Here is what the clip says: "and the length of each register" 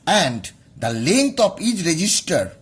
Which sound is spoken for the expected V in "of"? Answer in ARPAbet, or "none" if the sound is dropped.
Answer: P